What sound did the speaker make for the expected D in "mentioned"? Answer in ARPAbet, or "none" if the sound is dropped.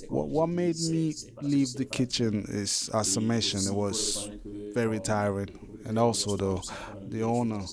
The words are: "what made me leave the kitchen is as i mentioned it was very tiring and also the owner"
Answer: none